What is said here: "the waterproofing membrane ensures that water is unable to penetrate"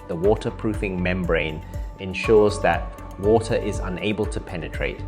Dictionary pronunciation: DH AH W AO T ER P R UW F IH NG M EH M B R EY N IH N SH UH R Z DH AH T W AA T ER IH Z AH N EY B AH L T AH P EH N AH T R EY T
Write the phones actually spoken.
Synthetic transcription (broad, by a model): DH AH W AO T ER P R UW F IH NG M EH M B R EY N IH N SH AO Z DH AH T W AA T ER IH Z AH N EY B AH L T AH P EH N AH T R EY T